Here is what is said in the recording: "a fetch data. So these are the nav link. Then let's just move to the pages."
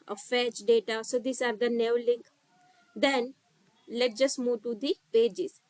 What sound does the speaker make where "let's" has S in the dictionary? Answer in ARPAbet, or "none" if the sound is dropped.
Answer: none